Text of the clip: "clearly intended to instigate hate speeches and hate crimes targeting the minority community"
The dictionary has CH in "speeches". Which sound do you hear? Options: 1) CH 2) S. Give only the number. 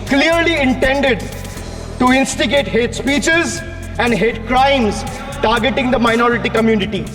1